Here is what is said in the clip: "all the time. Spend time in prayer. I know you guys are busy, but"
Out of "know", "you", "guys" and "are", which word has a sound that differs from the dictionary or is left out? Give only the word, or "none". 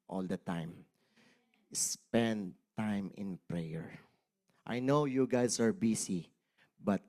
guys